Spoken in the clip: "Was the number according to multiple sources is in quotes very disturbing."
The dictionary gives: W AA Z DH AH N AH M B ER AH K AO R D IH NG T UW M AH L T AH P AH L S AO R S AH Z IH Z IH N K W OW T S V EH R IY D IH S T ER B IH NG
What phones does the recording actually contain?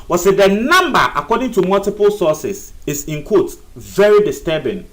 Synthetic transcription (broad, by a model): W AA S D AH N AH M B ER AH K AO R D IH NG T UW M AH L T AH P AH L S AO S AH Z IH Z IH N K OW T V EH R IY D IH S T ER B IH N